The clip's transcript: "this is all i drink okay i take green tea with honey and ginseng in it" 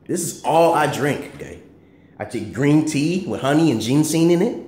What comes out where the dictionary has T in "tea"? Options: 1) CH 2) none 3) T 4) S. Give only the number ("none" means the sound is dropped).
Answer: 3